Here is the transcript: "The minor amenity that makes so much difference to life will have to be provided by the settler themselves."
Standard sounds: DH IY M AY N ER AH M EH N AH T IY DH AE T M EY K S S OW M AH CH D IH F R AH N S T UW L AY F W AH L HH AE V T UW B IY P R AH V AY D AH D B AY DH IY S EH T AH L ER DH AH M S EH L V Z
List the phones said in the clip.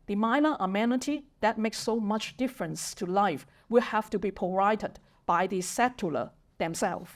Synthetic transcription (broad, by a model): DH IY M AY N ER AH M EH N AH T IY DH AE T M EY K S S OW M AH CH D IH F R AH N S T UW L AY F W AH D HH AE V T UW B IY P AH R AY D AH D B AY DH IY S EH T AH L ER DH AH M S EH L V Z